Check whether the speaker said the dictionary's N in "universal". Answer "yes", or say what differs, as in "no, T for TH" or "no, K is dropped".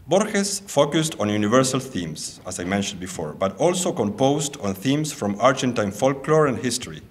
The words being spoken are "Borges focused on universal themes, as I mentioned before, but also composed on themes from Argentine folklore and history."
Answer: yes